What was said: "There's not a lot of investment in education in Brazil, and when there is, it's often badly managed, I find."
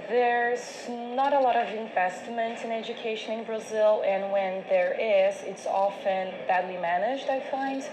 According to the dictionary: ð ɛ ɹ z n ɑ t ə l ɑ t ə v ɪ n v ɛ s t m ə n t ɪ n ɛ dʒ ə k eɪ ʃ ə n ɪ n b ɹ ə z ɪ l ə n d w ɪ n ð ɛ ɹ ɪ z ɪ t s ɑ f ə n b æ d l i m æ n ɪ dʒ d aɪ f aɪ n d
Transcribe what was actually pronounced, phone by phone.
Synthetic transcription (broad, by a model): ð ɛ ɹ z n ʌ t ə l ɑ t ə v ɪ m v ɛ s t m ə n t ɪ n ɛ dʒ ə k eɪ ʃ ə n ɪ n b ɹ ə z ɪ l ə n w ɪ n ð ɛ ɹ ɪ z ɪ t s ɑ f ə n b æ d l i m æ n ɪ dʒ d aɪ f aɪ n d